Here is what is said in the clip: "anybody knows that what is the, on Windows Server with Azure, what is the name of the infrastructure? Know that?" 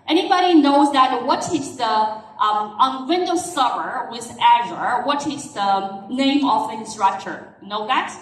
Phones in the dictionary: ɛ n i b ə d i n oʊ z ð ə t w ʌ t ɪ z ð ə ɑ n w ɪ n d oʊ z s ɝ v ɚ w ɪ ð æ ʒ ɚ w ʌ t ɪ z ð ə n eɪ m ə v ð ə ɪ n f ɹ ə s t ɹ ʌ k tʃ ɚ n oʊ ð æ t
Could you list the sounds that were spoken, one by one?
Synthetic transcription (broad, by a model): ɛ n i b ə d i n oʊ z ð ə t w ʌ t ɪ s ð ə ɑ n w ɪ n d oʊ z s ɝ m ɚ w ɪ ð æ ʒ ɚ w ʌ t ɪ s ð ə n eɪ ə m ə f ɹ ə s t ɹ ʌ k tʃ ɚ n oʊ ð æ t